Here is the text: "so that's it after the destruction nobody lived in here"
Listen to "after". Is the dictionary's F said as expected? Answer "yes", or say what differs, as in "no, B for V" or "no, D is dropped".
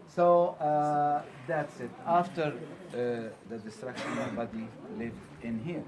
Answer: yes